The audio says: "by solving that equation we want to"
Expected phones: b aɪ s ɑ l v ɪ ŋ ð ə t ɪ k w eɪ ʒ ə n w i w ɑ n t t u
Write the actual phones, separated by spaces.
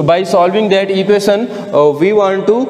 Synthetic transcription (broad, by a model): b aɪ s ɑ l v ɪ ŋ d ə t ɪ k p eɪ s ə n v i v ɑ n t t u